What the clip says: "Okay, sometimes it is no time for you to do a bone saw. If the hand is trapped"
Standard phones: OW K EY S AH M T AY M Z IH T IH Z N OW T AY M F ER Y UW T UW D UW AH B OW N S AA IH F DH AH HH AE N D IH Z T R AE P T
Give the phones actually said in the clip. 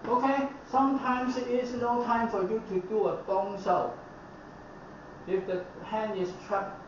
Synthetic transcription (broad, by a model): OW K EY S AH M T AY M S IH T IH S N OW T AY M F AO Y UW T UW D UW AH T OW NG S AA IH F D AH HH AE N IH S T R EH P